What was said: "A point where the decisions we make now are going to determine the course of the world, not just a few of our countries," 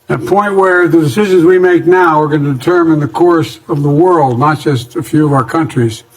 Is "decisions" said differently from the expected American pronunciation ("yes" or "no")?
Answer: no